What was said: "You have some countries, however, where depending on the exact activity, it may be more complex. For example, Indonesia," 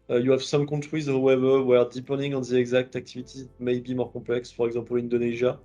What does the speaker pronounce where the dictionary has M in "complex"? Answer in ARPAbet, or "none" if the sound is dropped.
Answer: none